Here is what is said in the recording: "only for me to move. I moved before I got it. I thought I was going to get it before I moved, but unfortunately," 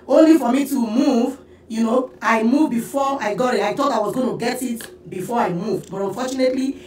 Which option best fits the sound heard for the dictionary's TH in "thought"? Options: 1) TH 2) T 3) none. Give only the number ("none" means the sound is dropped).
2